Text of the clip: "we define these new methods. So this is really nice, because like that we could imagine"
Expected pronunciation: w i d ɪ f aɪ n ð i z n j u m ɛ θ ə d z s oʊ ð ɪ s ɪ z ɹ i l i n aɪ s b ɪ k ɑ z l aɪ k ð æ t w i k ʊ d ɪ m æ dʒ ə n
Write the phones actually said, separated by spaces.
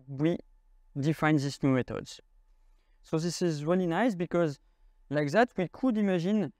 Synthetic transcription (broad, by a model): w i d ɪ f aɪ n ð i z n j u m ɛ t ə d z s oʊ ð ɪ s ɪ z ɹ i l i n aɪ s b ɪ k ɑ z l aɪ k ð æ t w i k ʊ d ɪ m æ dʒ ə n